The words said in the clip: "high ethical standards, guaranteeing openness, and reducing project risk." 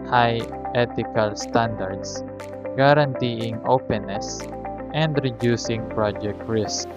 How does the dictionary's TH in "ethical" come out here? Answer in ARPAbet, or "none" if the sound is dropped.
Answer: T